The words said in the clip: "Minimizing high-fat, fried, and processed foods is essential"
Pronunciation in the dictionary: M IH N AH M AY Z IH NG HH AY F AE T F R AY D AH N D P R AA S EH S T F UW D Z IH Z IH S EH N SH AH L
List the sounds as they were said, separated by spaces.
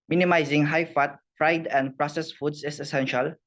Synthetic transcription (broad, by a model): M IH N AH M AY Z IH NG HH AY F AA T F R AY D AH N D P R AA S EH S F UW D S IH S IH S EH N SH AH L